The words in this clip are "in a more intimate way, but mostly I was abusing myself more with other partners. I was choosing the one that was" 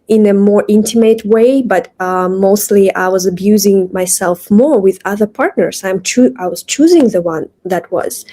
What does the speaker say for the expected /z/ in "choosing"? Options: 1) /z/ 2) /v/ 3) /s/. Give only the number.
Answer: 1